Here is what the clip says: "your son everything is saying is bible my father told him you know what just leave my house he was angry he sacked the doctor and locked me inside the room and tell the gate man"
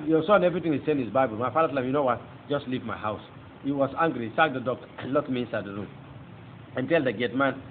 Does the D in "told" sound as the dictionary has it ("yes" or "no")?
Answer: no